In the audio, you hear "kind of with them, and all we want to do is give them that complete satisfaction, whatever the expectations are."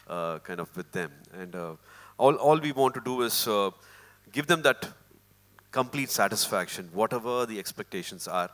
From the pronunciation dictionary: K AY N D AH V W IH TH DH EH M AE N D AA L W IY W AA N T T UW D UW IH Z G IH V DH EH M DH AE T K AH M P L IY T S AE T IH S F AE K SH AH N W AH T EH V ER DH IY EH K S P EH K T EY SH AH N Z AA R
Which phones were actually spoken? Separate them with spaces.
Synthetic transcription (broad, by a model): K AY N D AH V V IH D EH M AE N D AA L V IY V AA N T T UW D UW IH Z G IH V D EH M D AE T K AH M P L IY T S AE T IH S F AE K SH AH N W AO T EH V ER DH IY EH K S P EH K T EY SH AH N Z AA R